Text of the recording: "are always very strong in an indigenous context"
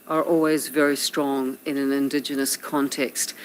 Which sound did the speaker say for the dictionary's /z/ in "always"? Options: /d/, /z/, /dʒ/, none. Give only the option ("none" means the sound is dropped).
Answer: /z/